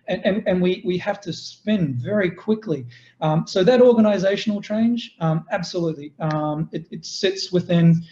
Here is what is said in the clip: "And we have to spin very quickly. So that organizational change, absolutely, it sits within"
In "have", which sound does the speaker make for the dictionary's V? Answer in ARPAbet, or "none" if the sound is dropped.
F